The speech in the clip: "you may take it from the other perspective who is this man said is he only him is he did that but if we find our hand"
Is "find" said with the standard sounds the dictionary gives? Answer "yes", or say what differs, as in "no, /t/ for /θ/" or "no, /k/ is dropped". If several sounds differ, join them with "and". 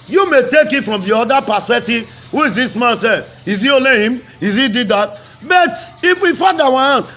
no, /n/ is dropped